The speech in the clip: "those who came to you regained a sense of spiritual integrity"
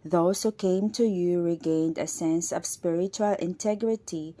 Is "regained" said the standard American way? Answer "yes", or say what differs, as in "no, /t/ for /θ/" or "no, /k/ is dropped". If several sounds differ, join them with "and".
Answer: yes